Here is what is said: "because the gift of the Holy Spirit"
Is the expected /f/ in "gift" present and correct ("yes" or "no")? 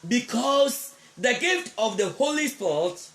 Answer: yes